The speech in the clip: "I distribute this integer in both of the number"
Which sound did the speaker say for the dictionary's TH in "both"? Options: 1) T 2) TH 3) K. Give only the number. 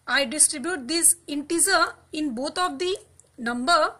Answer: 1